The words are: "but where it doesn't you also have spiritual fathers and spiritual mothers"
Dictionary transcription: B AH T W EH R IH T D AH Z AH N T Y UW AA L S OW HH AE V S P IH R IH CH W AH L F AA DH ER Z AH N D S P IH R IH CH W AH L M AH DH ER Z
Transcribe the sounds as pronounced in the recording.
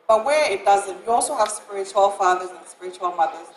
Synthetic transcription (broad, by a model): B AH T W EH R IH T D AH Z AH N T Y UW AA L S OW HH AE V S P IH R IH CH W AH L F AA DH ER Z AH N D S P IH R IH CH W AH L M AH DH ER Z